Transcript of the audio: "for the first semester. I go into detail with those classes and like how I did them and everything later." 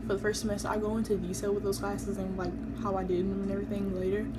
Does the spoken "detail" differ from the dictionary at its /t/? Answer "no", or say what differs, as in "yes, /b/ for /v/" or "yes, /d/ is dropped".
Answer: yes, /s/ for /t/